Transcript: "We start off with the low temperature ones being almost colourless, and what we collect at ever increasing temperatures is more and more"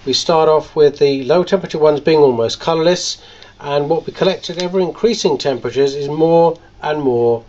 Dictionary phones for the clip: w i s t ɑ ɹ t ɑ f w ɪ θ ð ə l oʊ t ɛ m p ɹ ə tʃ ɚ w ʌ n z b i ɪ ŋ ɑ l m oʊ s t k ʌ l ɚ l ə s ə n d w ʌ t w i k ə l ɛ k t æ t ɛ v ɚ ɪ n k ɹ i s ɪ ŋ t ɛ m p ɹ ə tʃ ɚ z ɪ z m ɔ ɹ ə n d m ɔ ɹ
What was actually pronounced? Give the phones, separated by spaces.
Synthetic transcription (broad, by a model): w i s t ɑ ɹ t ɑ f w ɪ ð ə l oʊ t ɛ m p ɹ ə tʃ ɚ w ʌ n z b i ɪ ŋ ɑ l m oʊ s k ʌ l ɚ l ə s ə n w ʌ t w i k ə l ɛ k t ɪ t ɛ v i ɪ n k ɹ i s ɪ ŋ t ɛ m p ɹ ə tʃ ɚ z ɪ z m ɔ ɹ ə n m ɔ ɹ